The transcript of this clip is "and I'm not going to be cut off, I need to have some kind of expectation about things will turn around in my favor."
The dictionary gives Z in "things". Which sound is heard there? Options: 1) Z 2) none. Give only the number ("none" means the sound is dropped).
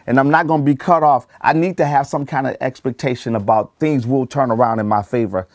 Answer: 1